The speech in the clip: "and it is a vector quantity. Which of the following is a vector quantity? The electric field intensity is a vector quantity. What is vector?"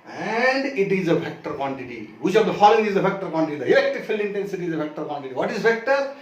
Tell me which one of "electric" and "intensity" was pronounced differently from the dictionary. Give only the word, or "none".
electric